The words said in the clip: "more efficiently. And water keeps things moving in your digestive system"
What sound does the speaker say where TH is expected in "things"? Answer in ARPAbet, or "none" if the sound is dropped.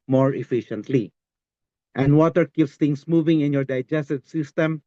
T